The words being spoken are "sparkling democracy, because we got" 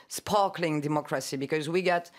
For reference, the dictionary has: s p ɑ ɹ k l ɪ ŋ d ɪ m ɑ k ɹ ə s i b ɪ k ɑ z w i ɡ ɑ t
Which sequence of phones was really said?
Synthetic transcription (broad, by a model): s p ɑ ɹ k l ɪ ŋ d ɪ m ɑ k ɹ ə s i b ɪ k ɑ z w i ɡ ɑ t